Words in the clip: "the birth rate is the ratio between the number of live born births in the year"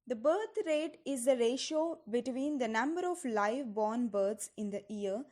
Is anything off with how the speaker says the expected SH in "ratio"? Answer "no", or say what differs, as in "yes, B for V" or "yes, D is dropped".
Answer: no